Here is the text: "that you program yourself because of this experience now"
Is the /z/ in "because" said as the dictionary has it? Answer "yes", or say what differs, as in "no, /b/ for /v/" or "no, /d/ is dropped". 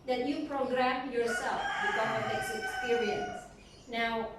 no, /z/ is dropped